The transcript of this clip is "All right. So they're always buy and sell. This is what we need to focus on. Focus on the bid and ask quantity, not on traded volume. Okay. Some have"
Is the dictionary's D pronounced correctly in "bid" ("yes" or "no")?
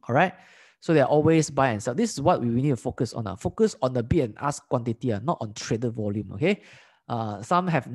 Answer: no